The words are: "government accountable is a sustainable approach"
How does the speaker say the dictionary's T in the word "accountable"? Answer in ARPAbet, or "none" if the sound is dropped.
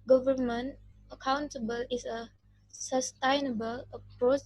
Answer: T